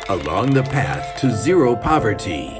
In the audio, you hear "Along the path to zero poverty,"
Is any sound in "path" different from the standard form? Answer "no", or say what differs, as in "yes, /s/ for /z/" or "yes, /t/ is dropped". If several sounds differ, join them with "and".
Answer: no